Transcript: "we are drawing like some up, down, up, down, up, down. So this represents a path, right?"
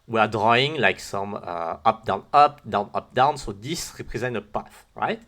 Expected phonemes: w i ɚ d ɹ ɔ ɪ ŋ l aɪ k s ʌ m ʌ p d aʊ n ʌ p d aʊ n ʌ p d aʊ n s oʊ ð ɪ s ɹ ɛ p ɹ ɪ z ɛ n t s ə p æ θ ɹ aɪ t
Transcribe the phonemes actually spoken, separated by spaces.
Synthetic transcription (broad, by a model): w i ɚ d ɹ ɔ ɪ ŋ l aɪ k s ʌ m ʌ p d aʊ n ʌ p d aʊ n ʌ p d aʊ n s oʊ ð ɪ s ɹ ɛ p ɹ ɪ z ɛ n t ə p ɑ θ ɹ aɪ t